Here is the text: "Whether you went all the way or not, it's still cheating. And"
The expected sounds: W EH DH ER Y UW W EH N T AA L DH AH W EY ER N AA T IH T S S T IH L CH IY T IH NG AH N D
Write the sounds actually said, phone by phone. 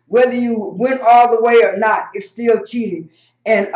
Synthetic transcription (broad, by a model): W EH DH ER Y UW W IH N AA L DH AH W EY ER N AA T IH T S S T IH L CH IY T IH NG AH N